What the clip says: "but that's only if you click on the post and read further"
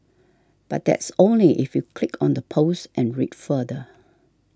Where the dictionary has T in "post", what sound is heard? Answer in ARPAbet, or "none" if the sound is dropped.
T